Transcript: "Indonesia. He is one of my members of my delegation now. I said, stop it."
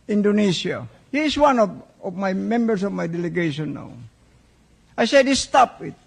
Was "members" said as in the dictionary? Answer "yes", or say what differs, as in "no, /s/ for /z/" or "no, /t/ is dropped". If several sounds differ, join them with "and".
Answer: no, /s/ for /z/